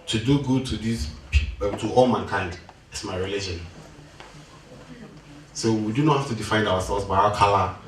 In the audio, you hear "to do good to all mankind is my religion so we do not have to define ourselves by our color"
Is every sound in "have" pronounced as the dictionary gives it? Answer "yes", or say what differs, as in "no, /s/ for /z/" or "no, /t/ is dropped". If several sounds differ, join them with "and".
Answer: no, /f/ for /v/